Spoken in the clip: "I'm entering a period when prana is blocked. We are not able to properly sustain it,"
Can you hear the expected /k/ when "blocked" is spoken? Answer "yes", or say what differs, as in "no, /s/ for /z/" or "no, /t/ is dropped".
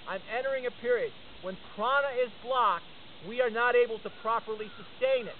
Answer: yes